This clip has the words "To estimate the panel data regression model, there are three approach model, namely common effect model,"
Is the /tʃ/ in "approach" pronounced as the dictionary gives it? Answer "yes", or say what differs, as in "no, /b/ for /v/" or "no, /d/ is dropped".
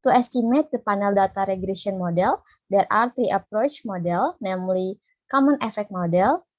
yes